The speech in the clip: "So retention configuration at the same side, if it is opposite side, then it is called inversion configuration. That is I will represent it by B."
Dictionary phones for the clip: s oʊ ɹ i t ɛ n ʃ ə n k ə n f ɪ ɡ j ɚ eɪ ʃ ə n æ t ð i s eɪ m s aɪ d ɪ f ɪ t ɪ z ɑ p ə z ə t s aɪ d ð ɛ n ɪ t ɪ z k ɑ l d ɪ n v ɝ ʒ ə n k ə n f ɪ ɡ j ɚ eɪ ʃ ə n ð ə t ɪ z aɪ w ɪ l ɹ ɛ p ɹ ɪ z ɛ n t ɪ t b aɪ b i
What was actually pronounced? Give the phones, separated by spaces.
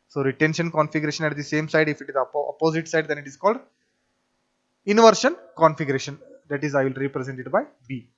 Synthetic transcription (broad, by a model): s oʊ ɹ i t ɛ n ʃ ə n k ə n f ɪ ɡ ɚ eɪ ʃ ə n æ t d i s eɪ m s aɪ d ɪ f ɪ t ɪ z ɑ p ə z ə t s aɪ d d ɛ n ɪ t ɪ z k ɑ l d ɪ n v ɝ ʃ ə n k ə n f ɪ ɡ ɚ eɪ ʃ ə n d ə t ɪ z aɪ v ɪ l ɹ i p ɹ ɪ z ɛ n t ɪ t b aɪ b i